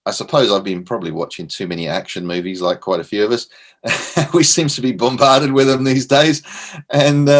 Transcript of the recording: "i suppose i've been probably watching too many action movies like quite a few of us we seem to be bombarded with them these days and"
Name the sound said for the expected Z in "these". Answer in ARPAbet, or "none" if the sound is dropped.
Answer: Z